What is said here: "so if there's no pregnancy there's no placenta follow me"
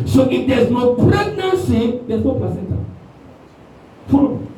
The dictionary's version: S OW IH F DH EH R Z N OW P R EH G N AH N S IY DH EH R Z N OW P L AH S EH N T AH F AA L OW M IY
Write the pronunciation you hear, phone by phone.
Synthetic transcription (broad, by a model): S OW IH F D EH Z N OW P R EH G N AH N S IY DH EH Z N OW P AH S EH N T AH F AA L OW